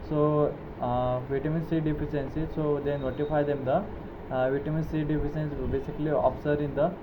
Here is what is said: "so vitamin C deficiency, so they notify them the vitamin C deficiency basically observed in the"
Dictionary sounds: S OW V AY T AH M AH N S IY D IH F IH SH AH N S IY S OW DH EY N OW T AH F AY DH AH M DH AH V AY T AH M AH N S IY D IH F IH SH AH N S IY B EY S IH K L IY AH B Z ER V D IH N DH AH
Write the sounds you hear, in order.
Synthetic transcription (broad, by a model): S OW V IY T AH M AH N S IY D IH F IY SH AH N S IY S OW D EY N OW T AH F AY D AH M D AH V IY T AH M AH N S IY D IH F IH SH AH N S B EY S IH K L IY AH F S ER D IH N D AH